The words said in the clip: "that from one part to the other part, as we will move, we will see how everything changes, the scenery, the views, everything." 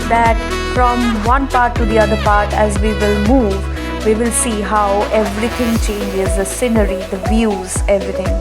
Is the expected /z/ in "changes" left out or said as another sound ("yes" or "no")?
no